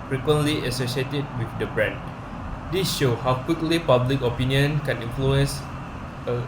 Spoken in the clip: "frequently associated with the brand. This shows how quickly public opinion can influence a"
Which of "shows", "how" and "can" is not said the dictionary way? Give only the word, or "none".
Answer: shows